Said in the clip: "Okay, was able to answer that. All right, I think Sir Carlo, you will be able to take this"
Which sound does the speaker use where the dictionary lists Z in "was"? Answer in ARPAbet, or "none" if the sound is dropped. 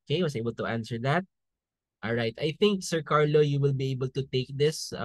S